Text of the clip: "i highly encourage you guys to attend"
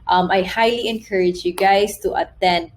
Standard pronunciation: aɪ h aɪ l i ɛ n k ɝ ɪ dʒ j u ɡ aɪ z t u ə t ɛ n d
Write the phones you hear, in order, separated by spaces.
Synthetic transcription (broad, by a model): aɪ h aɪ l i ɛ n k ɝ ɪ dʒ j u ɡ aɪ s t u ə t ɛ n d